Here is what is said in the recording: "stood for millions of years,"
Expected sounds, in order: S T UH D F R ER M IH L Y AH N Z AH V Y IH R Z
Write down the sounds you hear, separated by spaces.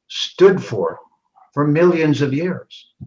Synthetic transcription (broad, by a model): S T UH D F R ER M IH L Y AH N Z AH V Y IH R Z